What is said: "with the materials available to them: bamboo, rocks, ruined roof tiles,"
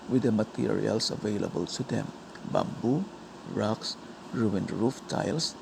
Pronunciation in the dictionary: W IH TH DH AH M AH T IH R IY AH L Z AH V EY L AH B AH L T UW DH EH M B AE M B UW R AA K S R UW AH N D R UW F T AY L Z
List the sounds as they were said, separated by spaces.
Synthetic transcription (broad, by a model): W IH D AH M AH T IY R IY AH L S AH V EY L AH B AH L S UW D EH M B AE M B UW R AA K S R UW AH N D R UW F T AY L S